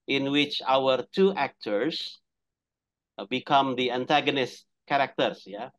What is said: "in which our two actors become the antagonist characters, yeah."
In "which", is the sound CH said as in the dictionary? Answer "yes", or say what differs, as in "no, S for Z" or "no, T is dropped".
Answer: yes